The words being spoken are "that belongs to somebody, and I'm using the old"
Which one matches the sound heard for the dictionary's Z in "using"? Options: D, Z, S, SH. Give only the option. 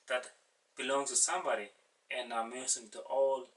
S